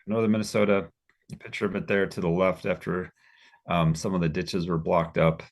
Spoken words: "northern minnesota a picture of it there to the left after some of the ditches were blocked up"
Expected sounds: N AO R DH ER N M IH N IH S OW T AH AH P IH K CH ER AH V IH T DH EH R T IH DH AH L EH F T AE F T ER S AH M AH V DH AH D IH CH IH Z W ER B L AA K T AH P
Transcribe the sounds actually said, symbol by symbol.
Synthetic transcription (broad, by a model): N AO R DH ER M IH N IH S OW T AH AH P IH K CH ER AH V IH T DH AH R T IH DH AH L EH F T AE F T ER S AH M AH V DH AH D IH CH IH Z W ER B L AA K T AH P